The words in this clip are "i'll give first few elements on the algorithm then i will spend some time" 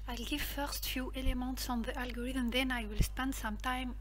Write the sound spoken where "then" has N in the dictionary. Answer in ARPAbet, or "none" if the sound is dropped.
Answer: N